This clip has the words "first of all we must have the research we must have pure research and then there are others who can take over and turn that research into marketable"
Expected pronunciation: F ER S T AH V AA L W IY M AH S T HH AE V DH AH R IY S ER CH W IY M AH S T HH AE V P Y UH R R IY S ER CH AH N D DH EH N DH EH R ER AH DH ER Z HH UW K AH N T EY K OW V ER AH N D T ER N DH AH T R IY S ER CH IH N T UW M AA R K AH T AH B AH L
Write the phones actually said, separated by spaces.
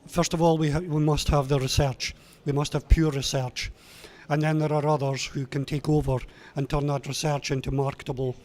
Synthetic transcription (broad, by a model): F ER S T AH V AA L W IY M AH S T HH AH V DH AH R IY S ER CH W IY M AH S T HH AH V P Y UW R R IY S ER CH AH N DH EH N DH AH R ER AH DH ER Z HH UW K AH N T EY K OW V ER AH N T ER N DH AH T R IY S ER CH IH N T UW M AA R K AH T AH B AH L